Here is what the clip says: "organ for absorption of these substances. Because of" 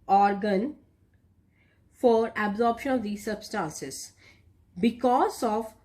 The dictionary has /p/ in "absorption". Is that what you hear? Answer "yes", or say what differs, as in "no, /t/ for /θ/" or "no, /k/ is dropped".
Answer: yes